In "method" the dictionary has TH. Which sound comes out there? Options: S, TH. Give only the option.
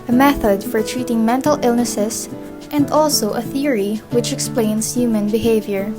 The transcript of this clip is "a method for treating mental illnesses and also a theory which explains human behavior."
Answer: TH